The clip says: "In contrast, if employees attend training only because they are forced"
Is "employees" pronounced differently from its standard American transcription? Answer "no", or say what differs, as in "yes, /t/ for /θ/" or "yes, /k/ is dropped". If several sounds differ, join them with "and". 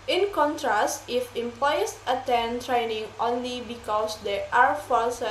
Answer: yes, /s/ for /z/